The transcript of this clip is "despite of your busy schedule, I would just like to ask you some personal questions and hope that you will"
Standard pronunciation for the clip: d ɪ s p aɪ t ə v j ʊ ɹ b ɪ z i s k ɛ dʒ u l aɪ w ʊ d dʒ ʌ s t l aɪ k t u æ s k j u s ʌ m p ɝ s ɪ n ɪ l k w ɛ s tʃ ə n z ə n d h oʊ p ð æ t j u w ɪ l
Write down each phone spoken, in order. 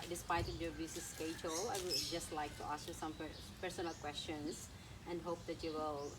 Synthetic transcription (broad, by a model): d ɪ s p aɪ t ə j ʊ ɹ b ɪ s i s k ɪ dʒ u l aɪ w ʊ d dʒ ʌ s t l aɪ k t u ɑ s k j u s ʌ m p ɝ s ɪ n ɪ l k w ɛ s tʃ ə n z ə n d h oʊ p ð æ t j u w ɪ l